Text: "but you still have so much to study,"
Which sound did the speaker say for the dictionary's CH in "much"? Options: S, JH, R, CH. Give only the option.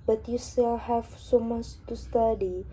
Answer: S